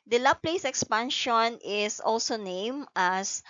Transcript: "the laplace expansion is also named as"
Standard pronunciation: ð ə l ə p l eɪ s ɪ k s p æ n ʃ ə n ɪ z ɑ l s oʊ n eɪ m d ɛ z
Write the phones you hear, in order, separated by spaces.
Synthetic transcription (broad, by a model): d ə l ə p l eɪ s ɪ k s p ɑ n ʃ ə n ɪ s ɑ l s oʊ n eɪ m ɑ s